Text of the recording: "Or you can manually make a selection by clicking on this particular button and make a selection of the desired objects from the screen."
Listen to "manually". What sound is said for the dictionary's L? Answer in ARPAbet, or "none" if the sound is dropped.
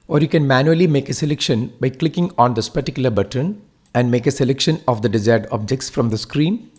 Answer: L